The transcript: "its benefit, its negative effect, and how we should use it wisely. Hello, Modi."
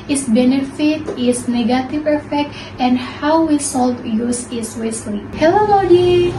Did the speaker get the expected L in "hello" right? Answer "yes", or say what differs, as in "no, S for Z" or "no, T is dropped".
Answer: yes